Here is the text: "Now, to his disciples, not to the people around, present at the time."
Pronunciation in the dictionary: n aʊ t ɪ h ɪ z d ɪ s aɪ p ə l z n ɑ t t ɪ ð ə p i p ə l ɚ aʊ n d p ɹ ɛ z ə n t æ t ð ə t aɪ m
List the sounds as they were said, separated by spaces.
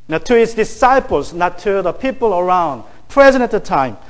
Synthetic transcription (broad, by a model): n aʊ t ɪ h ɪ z d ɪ s aɪ p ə l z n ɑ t t ɪ ð ə p i p ə l ɚ aʊ n d p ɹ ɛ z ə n æ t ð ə t aɪ m